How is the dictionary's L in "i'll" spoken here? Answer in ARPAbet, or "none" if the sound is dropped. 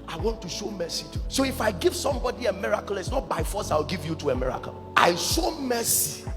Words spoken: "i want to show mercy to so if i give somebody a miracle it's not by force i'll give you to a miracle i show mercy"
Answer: W